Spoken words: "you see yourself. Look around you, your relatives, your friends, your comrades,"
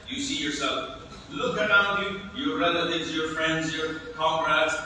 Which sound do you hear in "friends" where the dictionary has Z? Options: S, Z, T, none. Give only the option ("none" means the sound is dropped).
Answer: Z